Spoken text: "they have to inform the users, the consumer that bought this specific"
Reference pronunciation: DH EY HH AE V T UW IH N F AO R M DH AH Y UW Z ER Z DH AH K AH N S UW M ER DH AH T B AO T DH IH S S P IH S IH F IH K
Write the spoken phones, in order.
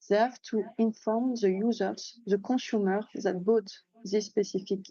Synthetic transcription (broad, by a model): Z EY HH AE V T UW IH N F AO R M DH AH Y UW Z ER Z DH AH K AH S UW M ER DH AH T B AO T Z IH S S P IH S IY F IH K